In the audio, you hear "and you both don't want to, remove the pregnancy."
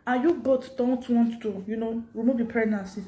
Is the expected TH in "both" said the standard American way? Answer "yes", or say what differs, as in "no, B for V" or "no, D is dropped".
no, T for TH